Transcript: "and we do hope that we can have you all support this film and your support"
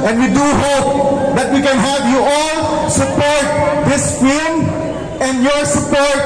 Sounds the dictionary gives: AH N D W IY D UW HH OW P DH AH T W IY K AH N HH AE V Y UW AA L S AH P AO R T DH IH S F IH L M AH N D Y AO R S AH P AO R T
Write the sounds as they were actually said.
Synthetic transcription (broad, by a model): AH N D W IY D UW HH OW P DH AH T W IY K AH N HH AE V Y UW AA L S AH P AO R T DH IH S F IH M AH N D Y AO R S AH P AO R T